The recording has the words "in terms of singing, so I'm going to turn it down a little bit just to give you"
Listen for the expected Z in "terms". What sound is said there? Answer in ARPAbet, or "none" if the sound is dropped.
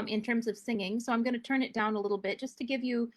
Z